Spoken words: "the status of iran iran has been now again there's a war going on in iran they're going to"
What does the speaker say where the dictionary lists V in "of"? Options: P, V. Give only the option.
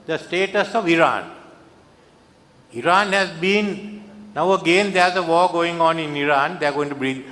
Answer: V